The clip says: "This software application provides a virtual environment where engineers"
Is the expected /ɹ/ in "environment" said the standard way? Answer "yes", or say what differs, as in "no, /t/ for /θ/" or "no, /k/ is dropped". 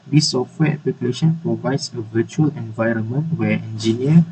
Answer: yes